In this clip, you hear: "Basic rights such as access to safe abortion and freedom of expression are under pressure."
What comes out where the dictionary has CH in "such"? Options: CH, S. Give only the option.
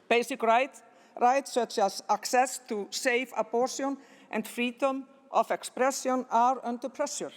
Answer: CH